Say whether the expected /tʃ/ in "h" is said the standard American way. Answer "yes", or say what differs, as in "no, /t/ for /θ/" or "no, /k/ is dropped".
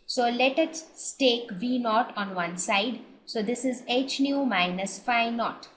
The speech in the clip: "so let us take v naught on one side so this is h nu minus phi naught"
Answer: yes